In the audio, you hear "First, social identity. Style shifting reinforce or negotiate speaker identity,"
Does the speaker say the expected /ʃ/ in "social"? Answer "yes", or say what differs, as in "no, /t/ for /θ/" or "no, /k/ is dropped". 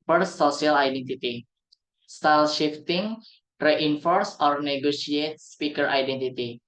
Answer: no, /ʃ/ is dropped